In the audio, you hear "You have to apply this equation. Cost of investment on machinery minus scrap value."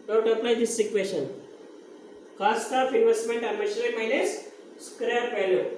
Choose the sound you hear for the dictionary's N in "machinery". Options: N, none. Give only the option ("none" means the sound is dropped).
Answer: none